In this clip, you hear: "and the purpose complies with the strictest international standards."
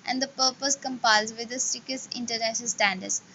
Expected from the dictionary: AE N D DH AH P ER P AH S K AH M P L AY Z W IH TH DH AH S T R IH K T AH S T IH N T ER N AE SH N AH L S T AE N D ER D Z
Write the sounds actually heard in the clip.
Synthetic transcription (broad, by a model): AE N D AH P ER P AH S K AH M P AY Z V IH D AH S T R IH K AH S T IH N T ER N AE SH N AH L S T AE N D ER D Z